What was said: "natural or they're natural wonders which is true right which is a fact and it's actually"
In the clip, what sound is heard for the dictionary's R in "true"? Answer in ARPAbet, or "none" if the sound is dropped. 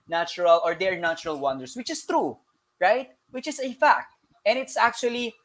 R